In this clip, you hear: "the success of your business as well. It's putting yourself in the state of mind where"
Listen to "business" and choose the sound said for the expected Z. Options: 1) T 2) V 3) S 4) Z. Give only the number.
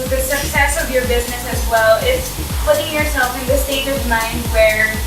4